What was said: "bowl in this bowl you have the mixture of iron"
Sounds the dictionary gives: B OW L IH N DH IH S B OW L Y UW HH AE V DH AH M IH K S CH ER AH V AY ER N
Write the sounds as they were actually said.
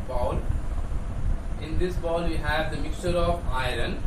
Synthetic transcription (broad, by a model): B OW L IH N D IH S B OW L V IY HH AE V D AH M IH K S CH ER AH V AY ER N